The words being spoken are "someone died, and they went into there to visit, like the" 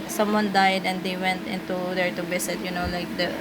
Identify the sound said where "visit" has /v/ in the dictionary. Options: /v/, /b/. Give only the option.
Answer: /b/